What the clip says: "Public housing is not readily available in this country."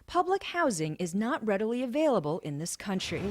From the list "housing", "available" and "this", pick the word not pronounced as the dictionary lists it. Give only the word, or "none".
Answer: none